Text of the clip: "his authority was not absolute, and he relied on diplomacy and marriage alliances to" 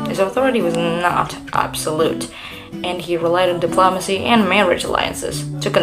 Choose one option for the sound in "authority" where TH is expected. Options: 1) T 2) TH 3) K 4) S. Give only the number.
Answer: 2